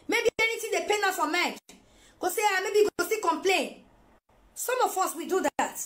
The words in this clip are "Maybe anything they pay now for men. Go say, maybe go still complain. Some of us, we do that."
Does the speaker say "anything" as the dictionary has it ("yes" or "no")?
no